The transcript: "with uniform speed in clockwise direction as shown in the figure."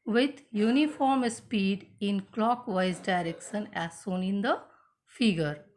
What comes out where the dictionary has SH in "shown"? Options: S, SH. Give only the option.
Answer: S